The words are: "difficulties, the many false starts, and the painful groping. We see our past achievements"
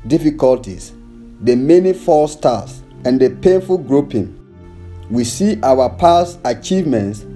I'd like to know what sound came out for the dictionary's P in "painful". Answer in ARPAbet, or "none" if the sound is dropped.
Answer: P